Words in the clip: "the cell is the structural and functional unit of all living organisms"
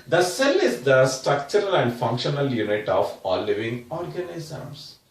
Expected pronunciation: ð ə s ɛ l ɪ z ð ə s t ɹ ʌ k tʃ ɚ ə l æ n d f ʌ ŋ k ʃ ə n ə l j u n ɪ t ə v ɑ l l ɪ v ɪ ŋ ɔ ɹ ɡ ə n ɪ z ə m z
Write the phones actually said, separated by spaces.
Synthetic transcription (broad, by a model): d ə s ɛ l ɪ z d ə s t ɹ ʌ k tʃ ɚ ə l æ n d f ʌ ŋ k ʃ ə n ə l j u n ɪ t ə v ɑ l l ɪ v ɪ ŋ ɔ ɹ ɡ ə n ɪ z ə m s